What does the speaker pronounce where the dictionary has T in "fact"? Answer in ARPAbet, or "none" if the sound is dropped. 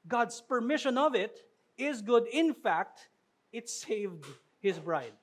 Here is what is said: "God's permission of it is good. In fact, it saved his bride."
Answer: T